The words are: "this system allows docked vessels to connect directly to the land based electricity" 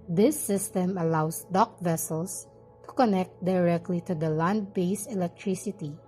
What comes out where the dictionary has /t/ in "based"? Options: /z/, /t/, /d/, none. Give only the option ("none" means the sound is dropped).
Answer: none